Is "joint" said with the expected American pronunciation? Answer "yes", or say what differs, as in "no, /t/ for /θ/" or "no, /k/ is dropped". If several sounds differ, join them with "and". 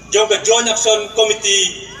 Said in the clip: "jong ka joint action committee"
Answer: no, /t/ is dropped